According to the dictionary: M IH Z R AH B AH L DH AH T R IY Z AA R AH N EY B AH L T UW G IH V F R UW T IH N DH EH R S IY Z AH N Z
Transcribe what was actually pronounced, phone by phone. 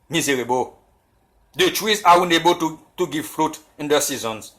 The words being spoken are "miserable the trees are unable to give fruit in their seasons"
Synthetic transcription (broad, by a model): M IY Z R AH B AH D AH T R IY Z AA W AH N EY B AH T T UW G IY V F R UW T IH N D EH S IY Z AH N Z